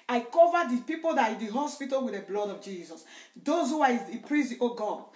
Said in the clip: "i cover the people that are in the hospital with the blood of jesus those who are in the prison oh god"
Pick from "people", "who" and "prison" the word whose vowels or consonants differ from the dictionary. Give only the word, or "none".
prison